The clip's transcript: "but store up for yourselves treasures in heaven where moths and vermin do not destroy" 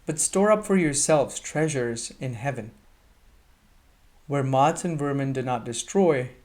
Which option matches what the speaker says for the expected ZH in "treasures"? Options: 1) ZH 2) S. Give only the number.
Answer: 1